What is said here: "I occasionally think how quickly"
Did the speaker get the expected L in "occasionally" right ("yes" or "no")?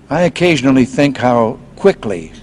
yes